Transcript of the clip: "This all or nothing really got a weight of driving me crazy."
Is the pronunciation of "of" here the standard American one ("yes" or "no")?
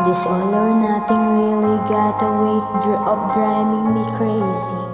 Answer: no